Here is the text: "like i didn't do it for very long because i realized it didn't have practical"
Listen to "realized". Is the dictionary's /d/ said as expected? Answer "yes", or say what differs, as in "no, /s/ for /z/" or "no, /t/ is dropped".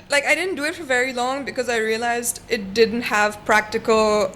yes